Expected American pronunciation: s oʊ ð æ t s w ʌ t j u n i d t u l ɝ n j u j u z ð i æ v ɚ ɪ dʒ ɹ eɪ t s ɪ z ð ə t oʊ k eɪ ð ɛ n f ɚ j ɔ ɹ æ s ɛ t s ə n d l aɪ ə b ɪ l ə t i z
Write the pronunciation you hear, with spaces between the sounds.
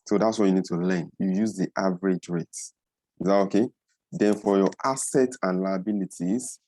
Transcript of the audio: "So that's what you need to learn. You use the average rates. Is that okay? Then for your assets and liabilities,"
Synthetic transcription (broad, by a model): s oʊ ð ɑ t s w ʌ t j u n i d t u l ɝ n j u j u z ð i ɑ v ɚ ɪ dʒ ɹ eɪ t ɪ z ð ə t oʊ k eɪ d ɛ n f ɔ j ɔ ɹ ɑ s ɛ t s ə n l aɪ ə b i l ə t i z